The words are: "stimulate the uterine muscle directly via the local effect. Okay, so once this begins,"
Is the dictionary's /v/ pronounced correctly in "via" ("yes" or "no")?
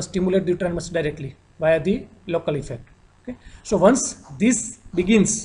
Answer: yes